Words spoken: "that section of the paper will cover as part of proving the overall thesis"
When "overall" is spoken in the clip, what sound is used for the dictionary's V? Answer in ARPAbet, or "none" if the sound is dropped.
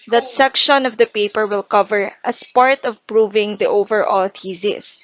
V